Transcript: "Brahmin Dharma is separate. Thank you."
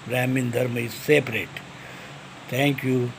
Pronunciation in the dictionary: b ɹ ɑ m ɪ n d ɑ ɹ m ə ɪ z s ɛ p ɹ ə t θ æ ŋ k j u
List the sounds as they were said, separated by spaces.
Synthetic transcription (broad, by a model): ɹ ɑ m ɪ n d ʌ ɹ m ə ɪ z s ɛ p ɹ ə t t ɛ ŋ k j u